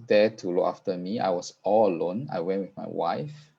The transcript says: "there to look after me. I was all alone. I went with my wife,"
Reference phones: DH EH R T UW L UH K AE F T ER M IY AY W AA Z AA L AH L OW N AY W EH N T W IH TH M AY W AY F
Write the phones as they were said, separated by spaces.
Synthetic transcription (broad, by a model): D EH T UW L UH K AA F T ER M IY AY W AA S AA L AH L OW N AY W EH N T W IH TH M AY W AY F